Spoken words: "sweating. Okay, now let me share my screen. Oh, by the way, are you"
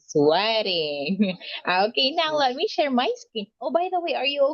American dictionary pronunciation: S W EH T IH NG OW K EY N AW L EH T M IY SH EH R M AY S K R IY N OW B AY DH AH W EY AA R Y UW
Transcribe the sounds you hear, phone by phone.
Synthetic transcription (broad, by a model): S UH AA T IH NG OW K EY N AW L EH T M IY SH EH R M AY S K IY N OW B AY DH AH W EY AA R Y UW